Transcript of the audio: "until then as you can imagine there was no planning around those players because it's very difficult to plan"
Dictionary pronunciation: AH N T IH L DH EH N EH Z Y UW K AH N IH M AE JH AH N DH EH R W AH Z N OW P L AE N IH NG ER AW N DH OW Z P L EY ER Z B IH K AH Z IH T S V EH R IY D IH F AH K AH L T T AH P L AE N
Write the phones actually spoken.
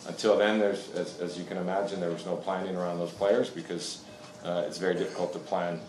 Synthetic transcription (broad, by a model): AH N T IH L DH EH N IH Z Y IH K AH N IH M AE JH AH N DH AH R W AH Z N OW P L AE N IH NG ER AW N DH OW Z P L EY ER Z B IH K AH Z IH T S V EH R IY D IH F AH K L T T AH P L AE N